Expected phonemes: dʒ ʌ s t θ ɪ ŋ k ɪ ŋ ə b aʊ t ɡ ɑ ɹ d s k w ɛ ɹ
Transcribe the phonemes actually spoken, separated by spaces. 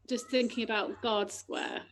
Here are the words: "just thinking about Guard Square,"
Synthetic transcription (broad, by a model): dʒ ʌ s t θ ɪ ŋ k ɪ ŋ ə b aʊ t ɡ ɑ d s k w ɛ